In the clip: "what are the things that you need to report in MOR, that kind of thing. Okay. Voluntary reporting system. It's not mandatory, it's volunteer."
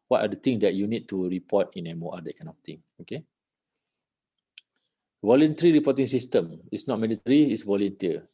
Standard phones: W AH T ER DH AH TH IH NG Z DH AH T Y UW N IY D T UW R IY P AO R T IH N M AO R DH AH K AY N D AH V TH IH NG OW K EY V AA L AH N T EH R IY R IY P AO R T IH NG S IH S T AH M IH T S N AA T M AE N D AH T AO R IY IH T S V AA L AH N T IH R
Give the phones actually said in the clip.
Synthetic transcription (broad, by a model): W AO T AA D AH T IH NG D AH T Y UW N IY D T UW R IY P AO T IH N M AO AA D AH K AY N AH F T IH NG OW K EY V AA L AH N T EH R IY R IY P AO T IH NG S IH S T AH M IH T S N AA T M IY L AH T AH R IY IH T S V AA L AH N T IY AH